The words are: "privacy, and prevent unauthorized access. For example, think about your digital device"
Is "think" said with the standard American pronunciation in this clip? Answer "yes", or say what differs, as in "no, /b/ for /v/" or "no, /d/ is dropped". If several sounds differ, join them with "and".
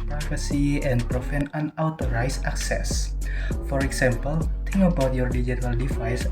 no, /t/ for /θ/